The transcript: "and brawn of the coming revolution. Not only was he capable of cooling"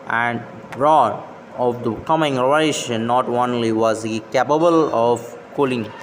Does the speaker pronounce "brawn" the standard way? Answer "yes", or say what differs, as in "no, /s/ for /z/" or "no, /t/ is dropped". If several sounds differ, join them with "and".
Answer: no, /n/ is dropped